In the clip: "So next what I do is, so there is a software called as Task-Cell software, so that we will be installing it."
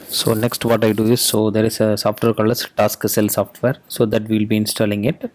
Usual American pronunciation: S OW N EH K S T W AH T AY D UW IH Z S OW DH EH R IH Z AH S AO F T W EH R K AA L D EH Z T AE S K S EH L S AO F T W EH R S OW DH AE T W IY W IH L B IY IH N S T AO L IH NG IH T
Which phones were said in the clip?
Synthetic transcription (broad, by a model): S OW N EH K S T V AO T AY D UW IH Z S OW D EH R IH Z AH S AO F T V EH R K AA L AH S T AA S K S EH L S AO F T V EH R S OW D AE T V IY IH L B IY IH N S T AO L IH NG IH T